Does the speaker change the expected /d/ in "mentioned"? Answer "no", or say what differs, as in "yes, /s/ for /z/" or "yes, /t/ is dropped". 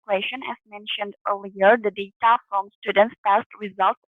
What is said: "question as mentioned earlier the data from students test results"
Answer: no